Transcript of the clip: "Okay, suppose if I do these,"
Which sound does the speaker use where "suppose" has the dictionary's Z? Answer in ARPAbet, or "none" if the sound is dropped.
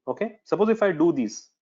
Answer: Z